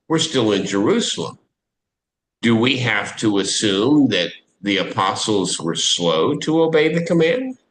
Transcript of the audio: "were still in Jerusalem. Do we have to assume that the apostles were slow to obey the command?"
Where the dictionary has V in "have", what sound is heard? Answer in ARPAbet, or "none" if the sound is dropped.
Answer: F